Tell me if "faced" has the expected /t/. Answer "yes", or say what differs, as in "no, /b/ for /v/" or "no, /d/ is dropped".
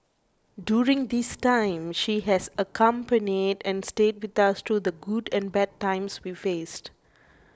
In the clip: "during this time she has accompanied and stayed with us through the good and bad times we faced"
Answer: yes